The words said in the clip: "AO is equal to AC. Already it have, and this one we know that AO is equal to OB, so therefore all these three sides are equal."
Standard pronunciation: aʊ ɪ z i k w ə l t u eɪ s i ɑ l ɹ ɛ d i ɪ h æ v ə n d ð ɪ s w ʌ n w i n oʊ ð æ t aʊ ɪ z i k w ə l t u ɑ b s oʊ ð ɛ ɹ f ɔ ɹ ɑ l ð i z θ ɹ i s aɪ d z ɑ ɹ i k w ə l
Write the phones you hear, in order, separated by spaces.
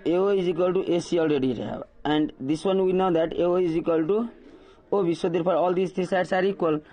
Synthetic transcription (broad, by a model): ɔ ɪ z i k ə l t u eɪ s i ɑ l ɹ ɛ d i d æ b ə n d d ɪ s w ʌ n w i n oʊ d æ t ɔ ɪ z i k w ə l t u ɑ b s oʊ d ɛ ɹ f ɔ ɹ ɑ l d i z t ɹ i s aɪ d s ɑ ɹ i k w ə l